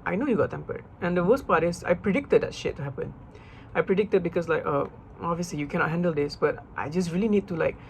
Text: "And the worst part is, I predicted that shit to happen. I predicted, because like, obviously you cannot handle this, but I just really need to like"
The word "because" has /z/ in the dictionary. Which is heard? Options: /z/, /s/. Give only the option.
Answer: /s/